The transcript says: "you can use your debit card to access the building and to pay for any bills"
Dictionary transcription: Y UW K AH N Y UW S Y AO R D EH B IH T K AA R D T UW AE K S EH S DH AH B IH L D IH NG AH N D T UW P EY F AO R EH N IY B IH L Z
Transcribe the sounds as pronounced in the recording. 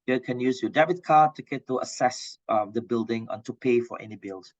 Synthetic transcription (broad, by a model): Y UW K AH N Y UW S Y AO D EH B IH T K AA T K T UW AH S EH S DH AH B IH L D IH NG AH N T UW P EY F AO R EH N IY B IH L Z